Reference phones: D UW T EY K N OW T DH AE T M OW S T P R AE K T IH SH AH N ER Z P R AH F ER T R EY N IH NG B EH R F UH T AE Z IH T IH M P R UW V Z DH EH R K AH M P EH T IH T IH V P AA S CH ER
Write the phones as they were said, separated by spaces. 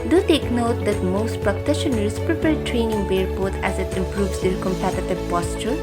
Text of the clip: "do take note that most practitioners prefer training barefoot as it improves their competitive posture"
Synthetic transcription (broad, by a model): D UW T EY K N OW T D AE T M OW S T P R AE K T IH SH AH N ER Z P R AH P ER T R EY N IH NG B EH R P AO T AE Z IH T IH M P R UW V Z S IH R K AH M P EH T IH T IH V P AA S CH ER